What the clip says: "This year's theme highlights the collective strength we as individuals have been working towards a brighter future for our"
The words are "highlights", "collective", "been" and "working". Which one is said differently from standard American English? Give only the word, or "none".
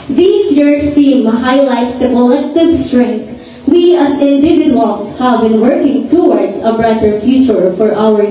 none